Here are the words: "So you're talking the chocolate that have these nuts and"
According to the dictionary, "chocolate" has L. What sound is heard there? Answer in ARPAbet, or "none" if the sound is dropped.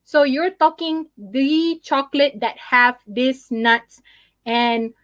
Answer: L